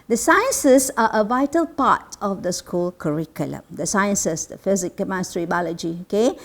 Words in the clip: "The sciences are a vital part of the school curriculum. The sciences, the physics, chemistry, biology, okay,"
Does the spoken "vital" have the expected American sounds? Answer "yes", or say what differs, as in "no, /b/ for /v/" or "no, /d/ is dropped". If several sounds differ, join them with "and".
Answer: yes